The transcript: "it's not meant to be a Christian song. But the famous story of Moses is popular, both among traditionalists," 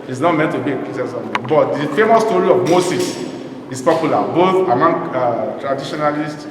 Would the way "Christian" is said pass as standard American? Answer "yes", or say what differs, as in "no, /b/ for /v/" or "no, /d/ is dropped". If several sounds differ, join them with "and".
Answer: no, /tʃ/ is dropped